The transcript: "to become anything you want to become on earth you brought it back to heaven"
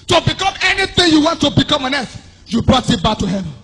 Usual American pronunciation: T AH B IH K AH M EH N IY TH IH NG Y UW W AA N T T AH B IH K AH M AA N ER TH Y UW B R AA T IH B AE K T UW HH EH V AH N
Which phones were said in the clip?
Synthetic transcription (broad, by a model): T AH B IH K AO M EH N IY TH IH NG Y UW W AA N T T AH B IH K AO M AA N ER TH Y UW B R AA T IH B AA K T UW HH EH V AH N